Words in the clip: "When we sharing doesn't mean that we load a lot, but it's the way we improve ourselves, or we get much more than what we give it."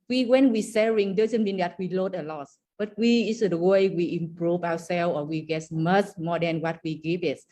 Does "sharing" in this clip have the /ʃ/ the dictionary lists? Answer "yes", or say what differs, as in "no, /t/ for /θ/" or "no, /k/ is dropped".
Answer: no, /s/ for /ʃ/